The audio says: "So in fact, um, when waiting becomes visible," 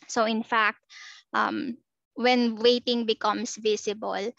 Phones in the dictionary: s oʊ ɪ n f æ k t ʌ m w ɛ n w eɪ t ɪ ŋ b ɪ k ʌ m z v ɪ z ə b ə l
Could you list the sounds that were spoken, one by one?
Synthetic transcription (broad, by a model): s oʊ ɪ n f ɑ k t ʌ m w ɛ n w eɪ t ɪ ŋ b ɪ k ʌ m s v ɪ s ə b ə l